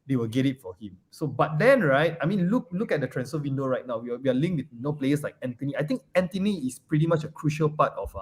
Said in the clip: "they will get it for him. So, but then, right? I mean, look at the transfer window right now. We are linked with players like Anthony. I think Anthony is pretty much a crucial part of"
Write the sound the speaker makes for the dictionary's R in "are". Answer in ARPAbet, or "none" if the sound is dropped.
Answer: W